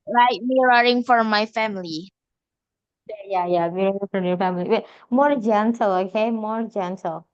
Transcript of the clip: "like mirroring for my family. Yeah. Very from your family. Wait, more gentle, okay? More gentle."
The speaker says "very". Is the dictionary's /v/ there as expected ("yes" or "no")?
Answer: no